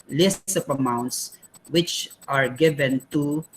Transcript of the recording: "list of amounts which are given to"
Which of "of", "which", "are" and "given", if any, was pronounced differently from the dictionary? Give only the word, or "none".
of